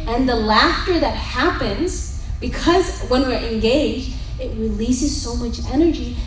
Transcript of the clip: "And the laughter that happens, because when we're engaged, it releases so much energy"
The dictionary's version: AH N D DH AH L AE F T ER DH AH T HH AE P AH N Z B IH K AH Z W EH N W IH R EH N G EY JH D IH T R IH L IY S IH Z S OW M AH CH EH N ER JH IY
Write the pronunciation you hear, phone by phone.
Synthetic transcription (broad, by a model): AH N DH AH L AE F T ER DH AH T HH AE P AH N Z B IH K AH Z W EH N W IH R EH N G EY JH D IH T R IH L IY S IH Z S OW M AH CH EH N ER JH IY